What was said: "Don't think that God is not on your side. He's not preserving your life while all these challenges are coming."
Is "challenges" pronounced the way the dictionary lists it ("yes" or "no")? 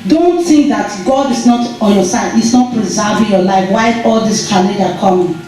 no